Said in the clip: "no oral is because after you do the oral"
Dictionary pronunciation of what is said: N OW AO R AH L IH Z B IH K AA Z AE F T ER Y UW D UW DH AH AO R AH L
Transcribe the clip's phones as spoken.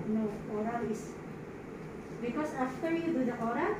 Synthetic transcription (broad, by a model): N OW AO R AH L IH S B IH K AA S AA F T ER Y UW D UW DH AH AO R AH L